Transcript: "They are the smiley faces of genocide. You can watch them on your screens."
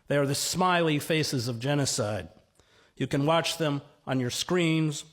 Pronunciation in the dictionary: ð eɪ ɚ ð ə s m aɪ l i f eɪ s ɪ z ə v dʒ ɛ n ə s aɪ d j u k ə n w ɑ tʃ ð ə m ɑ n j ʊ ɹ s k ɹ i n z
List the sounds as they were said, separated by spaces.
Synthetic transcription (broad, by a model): ð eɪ ɚ ð ə s m aɪ l i f eɪ s ɪ z ə v dʒ ɛ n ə s aɪ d j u k ə n w ɑ tʃ ð ə m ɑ n j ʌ ɹ s k ɹ i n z